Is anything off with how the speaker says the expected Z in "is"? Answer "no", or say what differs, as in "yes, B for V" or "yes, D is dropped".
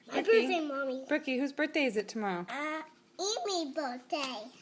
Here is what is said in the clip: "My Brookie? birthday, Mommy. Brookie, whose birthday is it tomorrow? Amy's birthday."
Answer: no